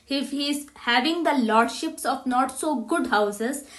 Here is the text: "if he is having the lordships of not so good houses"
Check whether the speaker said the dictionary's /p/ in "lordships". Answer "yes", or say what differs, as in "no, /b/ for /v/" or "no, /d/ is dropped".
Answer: yes